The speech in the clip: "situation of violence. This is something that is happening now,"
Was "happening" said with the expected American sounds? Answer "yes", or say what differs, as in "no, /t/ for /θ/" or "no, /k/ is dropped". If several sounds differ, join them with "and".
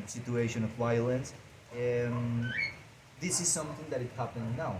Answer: no, /n/ is dropped